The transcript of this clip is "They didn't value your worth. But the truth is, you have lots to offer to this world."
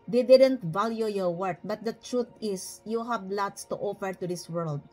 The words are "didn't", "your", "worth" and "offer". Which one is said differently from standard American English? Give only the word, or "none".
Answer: worth